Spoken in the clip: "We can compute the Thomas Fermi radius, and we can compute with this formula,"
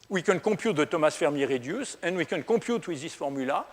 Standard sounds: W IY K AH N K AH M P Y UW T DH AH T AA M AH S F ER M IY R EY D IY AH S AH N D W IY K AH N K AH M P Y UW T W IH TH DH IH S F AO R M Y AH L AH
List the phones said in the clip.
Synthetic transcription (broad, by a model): W IY K AH N K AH P Y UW T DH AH T AA M AH S F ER M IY R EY D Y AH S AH N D W IY K AH N K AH P Y UW T W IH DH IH S F AO R M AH L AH